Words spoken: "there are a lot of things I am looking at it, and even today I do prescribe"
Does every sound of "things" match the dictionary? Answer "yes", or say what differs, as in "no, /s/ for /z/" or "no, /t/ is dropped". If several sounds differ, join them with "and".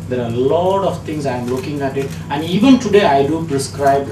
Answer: no, /t/ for /θ/